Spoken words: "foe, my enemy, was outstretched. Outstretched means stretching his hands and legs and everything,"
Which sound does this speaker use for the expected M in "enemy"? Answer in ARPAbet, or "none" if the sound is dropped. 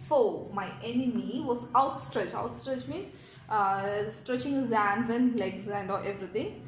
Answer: M